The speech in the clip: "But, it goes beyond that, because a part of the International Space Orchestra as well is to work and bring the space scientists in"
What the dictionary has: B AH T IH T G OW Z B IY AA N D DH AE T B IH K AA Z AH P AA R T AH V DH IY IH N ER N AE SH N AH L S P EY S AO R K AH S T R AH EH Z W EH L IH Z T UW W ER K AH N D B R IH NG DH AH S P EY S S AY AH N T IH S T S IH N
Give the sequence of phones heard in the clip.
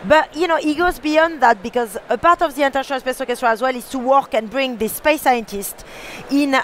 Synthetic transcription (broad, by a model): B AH T IH T G OW Z B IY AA N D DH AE T B IH K AA Z AH P AA R T AH V DH IY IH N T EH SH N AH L S P EY S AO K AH S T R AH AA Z W EH L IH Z T UW W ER K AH N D B R IH NG DH AH S P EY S S AY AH N T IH S T IH N